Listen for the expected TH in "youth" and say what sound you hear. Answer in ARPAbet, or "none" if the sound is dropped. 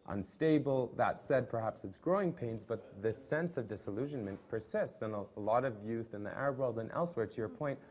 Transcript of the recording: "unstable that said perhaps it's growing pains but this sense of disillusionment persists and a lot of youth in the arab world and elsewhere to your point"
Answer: TH